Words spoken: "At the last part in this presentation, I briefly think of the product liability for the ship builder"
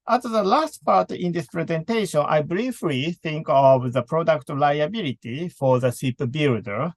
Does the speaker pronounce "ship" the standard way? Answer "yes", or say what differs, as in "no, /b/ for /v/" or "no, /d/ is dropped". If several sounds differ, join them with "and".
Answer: no, /s/ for /ʃ/